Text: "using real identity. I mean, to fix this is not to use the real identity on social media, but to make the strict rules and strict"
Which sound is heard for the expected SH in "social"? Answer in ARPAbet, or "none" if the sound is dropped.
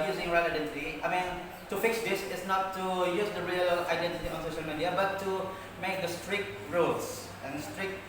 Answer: SH